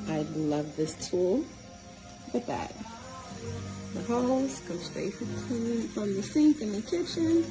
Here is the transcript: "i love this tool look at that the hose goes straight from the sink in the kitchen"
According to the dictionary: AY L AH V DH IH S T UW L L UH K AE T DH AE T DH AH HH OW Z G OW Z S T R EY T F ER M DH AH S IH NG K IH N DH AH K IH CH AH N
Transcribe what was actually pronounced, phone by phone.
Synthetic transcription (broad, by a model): AY L AH V DH IH S T UW L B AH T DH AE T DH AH HH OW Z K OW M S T EY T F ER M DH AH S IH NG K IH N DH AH K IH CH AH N